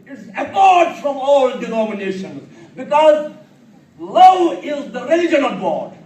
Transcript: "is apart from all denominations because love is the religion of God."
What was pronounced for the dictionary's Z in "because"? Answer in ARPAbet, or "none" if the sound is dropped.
Z